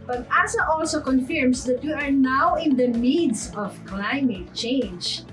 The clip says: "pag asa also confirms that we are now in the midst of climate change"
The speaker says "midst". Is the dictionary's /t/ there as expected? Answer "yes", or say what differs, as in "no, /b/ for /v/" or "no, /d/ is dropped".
no, /t/ is dropped